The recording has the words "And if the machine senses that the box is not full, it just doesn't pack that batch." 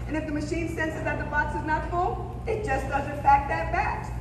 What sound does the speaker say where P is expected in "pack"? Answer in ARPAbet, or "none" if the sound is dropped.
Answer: F